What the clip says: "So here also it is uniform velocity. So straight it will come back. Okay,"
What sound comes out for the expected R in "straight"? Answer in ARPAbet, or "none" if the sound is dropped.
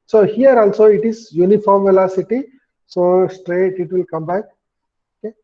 R